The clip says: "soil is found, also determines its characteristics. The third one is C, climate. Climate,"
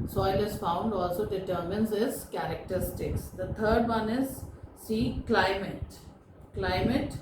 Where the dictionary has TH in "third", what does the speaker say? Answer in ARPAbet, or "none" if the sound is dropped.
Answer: T